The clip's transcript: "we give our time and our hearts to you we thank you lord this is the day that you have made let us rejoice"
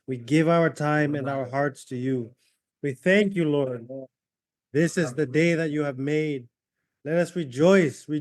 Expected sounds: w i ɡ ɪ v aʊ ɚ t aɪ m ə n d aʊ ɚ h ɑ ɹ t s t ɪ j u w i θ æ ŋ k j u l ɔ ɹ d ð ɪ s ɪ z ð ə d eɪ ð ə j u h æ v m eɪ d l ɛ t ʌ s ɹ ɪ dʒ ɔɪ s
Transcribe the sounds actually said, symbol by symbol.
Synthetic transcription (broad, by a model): w i ɡ ɪ v aʊ ɚ t aɪ m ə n aʊ ɚ h ɑ ɹ t s t ɪ j u w i θ æ ŋ k j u l ɔ ɹ d ð ɪ s ɪ z ð ə d eɪ ð ə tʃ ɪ v m eɪ d l ɛ t ʌ s ɹ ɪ dʒ ɔɪ s